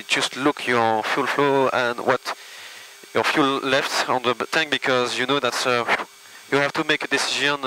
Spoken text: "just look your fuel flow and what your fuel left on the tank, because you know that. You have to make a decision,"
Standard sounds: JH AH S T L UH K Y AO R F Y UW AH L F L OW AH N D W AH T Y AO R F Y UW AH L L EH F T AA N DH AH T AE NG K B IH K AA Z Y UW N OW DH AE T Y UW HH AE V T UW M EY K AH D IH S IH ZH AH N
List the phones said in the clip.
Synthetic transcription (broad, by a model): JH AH S T L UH K Y AO R F Y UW L F L OW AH N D W AH T Y AO R F Y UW L L EH F T AA N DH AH T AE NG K B IH K AA Z Y UW N OW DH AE T Y UW HH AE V T UW M EY K AH D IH S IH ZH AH N